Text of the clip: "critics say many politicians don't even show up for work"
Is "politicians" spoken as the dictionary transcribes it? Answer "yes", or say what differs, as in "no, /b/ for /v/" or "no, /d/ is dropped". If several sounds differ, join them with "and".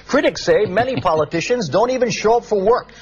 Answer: yes